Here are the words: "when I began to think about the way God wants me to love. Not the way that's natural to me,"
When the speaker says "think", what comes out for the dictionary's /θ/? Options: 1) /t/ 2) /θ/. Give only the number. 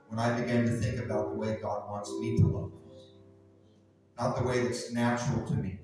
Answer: 2